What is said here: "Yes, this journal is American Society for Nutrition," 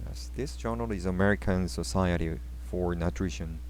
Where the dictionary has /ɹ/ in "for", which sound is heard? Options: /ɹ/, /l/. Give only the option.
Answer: /ɹ/